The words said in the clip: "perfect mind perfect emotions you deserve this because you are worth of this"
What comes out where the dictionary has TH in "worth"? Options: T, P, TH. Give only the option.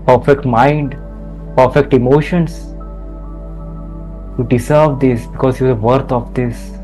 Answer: T